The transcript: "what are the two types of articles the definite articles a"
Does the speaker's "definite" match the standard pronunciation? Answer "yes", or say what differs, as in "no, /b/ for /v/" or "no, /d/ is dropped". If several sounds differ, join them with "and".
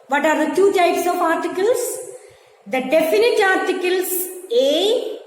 yes